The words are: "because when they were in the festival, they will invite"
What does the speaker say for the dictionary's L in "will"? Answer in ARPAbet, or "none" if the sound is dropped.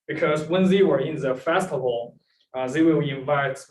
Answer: W